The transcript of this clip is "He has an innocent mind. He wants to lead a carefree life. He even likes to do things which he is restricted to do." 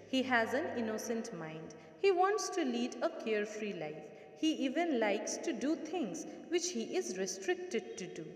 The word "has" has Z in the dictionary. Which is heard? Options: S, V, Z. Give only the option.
Z